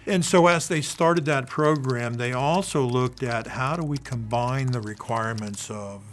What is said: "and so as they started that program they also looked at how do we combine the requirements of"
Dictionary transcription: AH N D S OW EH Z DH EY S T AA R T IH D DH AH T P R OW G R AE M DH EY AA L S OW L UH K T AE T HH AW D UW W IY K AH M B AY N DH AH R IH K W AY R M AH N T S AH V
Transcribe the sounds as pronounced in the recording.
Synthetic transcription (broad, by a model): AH N S OW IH Z DH EY S T AA R T IH D DH AH T P R OW G R AE M DH EY AA L S OW L UH K T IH T HH AW D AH W IY K AH M B AY N DH AH R IH K W AY R M AH N T S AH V